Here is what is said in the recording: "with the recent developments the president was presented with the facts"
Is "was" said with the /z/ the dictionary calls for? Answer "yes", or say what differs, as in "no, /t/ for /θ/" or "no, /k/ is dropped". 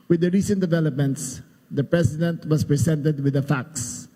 no, /s/ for /z/